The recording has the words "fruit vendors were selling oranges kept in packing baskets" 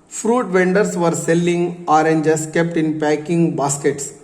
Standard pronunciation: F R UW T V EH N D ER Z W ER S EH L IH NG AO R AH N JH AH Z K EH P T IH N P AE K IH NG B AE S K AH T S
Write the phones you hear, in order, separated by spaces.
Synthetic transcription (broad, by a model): F R UW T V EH N D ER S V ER S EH L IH NG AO R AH N JH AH S K EH P T IH N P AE K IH NG B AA S K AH T S